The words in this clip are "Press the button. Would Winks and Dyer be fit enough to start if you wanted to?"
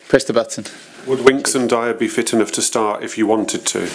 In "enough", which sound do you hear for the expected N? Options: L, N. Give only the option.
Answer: N